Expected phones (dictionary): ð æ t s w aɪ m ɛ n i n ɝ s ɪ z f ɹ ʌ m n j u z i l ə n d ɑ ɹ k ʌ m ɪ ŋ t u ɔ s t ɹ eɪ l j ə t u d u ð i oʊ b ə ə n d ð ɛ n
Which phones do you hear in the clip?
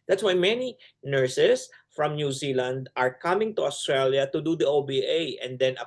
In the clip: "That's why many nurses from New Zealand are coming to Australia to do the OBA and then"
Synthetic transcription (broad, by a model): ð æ t s w aɪ m ɛ n i n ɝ s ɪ s f ɹ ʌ m n j u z i l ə n d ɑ ɹ k ʌ m ɪ ŋ t u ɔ s t ɹ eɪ l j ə t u d u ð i oʊ b ə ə n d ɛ n